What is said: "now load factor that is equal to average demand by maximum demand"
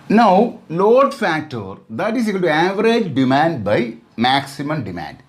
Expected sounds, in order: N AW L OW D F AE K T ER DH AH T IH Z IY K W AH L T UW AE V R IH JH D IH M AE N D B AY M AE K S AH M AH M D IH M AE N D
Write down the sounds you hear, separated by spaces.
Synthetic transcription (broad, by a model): N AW L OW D F AE K T ER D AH T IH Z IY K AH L T UW AE V R IH JH D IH M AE N D B AY M AE K S AH M AH M D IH M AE N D